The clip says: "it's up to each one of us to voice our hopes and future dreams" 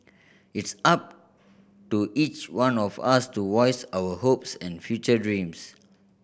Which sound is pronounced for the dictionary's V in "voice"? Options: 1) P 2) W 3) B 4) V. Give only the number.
2